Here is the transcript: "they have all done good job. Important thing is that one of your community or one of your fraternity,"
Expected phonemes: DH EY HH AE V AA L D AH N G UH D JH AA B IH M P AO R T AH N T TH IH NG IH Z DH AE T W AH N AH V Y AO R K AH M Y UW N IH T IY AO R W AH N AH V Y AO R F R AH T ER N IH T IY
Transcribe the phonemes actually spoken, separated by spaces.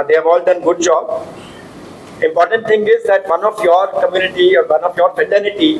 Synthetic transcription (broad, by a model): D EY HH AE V AA L D AH N G UH D JH AA B IH M P AO R T AH N T T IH NG IH Z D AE T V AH N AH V Y AO R K AH M Y UW N IH T IY AO R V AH N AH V Y AO R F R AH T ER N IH T IY